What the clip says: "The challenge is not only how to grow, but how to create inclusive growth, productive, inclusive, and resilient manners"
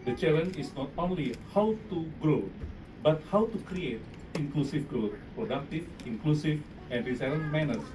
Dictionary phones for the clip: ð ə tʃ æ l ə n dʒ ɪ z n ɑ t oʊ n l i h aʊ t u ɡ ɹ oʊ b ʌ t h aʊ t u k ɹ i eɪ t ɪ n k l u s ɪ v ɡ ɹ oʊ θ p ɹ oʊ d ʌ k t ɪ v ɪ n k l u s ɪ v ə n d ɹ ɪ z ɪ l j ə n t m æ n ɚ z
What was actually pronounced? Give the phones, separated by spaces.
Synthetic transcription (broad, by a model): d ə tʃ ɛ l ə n ɪ s n ɑ t oʊ n l i h aʊ t u ɡ ɹ oʊ b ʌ t h aʊ t u k ɹ i eɪ t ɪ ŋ k l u s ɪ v ɡ ɹ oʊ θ p ɹ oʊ d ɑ k t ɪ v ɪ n k l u s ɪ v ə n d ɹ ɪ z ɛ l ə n m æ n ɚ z